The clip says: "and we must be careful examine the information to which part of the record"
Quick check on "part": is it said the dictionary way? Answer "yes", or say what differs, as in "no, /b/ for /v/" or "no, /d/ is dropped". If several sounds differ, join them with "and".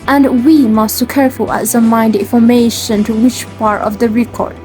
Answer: yes